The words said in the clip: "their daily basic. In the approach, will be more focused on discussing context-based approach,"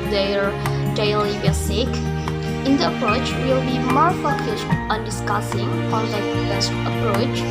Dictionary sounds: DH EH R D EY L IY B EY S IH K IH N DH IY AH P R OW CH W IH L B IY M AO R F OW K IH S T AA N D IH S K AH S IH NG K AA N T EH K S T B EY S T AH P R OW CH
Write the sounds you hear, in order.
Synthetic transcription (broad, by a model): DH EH R D EY L IY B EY S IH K IH N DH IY AH P R OW CH W IH L B IY M AO R F OW K IH S T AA N D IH S K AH S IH NG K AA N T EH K T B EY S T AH P R OW CH